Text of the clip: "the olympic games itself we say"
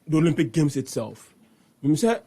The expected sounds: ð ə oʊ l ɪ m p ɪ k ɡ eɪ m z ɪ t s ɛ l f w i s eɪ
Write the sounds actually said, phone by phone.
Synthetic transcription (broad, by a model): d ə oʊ l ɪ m p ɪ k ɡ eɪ m s ɪ t s ɛ l f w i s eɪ